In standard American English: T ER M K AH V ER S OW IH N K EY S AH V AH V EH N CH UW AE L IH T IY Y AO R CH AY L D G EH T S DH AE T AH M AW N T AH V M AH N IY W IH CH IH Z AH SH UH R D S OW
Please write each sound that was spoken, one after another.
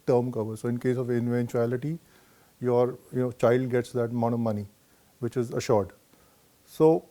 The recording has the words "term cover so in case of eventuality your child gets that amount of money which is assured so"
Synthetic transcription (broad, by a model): T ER M K AH V ER S OW IH N K EY S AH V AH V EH N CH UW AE L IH T IY Y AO R CH AY L D G EH T S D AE T M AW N AH M AH N IY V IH CH IH Z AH SH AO R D S OW